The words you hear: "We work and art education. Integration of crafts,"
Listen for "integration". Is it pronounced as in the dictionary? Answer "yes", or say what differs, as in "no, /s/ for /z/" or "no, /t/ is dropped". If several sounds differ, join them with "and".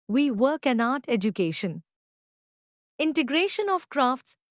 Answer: yes